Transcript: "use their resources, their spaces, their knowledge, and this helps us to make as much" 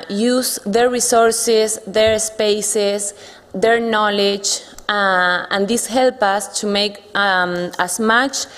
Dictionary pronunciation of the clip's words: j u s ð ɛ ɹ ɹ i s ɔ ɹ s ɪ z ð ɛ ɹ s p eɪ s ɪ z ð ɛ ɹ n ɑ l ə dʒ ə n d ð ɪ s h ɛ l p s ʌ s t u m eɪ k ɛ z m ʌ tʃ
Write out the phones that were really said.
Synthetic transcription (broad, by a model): j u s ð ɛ ɹ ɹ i s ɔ ɹ s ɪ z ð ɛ ɹ s p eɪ s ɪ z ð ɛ ɹ n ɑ l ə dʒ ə n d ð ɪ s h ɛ l p ʌ s t u m eɪ k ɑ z m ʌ tʃ